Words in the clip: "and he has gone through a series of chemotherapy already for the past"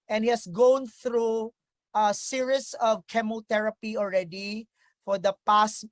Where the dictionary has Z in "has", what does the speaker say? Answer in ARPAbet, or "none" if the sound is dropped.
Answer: S